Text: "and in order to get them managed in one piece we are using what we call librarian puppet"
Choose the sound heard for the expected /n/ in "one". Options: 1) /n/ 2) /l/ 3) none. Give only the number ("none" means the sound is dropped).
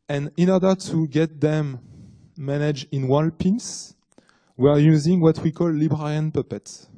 2